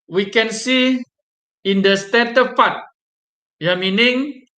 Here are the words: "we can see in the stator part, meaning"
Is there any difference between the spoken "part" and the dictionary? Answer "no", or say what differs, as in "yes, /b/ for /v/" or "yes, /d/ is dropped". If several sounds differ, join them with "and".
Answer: yes, /f/ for /p/